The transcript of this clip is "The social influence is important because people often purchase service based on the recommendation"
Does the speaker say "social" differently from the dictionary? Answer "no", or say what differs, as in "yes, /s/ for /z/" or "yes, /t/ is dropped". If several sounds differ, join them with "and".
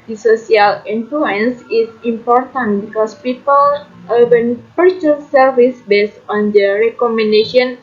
yes, /s/ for /ʃ/